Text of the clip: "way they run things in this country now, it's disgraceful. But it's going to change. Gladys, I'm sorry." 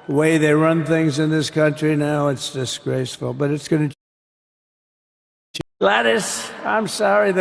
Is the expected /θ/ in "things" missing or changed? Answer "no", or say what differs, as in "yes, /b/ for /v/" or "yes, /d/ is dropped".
no